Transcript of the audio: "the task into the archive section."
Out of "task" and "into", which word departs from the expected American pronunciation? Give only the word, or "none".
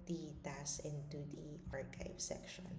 task